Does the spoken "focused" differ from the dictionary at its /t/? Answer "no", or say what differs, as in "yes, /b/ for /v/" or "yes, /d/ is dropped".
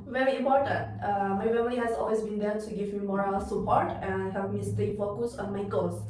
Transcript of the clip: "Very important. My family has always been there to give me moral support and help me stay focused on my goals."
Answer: yes, /t/ is dropped